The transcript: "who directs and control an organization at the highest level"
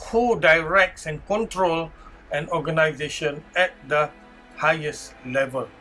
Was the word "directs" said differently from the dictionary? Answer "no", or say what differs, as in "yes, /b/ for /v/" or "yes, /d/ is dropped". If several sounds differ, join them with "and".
no